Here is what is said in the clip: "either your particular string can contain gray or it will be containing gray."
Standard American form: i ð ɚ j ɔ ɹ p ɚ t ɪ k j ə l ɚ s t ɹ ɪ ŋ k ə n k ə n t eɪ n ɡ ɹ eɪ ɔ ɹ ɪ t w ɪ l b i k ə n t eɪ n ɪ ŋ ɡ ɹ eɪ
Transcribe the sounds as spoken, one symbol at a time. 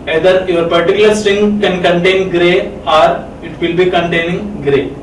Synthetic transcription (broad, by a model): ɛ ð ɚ j ɔ ɹ p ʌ t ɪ k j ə l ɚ s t ɪ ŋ k ə n k ə n t eɪ n ɡ ɹ eɪ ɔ ɹ ɪ t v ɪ l b i k ə n t eɪ n ɪ ŋ ɡ ɹ eɪ